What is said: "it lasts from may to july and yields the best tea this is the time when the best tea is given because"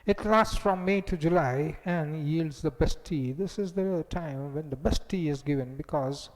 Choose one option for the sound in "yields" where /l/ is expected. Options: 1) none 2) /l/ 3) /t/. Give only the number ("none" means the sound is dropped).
2